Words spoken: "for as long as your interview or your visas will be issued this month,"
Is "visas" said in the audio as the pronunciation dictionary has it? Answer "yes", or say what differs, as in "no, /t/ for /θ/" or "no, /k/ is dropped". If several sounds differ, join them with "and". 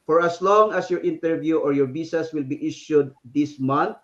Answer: no, /b/ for /v/ and /s/ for /z/ and /s/ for /z/